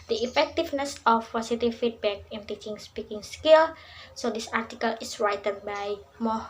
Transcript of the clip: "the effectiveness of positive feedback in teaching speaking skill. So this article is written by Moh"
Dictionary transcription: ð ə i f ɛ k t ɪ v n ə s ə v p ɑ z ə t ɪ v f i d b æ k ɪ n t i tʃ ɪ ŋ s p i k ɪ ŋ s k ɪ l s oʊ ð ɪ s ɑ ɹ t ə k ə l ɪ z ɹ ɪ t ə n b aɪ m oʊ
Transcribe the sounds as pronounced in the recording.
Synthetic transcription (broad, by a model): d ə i f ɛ k t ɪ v n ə s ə f p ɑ s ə t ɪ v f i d b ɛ k ɪ n t i tʃ ɪ ŋ s p i k ɪ ŋ s k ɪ l s oʊ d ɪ s ɑ ɹ t ə k ə l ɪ s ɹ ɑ t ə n b aɪ m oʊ